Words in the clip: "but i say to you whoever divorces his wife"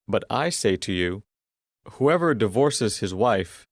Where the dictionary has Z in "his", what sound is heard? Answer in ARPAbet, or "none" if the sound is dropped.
Z